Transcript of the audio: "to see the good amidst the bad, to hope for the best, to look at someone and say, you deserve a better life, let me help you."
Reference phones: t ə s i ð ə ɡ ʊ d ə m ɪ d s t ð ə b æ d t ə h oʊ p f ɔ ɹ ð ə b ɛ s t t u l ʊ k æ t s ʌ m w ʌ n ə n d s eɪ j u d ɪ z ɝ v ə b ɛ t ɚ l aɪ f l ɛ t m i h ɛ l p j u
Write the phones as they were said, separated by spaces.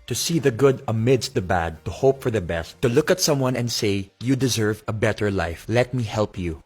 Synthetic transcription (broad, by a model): t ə s i ð ə ɡ ʊ d ə m ɪ d s t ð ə b æ d t ə h oʊ p f ɔ ɹ ð ə b ɛ s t t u l ʊ k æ t s ʌ m w ʌ n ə n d s eɪ j u d ɪ z ɝ v ə b ɛ t ɚ l aɪ f l ɛ t m i h ɛ l p j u